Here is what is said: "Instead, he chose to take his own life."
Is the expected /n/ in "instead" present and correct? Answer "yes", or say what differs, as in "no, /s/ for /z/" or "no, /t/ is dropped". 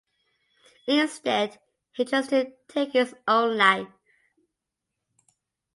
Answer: yes